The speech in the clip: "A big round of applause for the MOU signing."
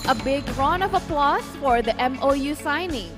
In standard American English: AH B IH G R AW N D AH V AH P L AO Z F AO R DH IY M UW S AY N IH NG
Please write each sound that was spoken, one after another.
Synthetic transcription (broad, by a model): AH B IH G R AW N AH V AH P L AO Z F AO R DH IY M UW S AY N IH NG